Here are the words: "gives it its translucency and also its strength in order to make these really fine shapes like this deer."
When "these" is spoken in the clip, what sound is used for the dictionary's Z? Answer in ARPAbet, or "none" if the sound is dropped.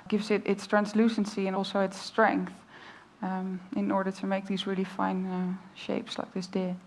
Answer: Z